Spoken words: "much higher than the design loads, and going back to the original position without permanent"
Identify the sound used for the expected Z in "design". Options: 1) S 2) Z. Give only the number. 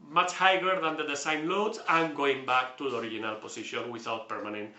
1